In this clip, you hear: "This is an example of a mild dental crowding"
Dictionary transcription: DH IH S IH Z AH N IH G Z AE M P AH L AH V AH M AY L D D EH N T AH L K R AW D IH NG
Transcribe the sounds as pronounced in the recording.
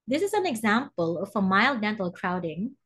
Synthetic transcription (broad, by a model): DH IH S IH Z AH N IH G Z AE M P AH L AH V AH M AY L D D EH N T AH L K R AW D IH NG